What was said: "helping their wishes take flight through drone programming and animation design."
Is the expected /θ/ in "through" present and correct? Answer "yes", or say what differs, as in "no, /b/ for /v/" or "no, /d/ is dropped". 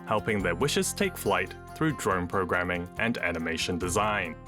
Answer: yes